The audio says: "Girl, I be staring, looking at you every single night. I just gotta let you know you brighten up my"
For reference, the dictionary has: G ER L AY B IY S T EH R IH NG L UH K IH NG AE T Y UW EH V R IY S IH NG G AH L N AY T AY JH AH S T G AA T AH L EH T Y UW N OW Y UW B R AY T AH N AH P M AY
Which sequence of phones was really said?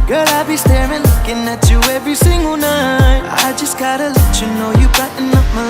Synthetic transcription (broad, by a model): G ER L AY B IY S T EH R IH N L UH K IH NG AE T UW EH V R IY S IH NG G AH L N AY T AY JH AH S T G AA T AH L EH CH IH N OW Y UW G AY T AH N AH F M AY